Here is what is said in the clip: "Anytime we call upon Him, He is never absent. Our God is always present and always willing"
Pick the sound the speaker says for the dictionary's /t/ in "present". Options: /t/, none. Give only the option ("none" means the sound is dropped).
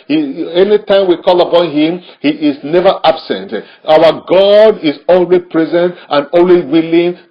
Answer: /t/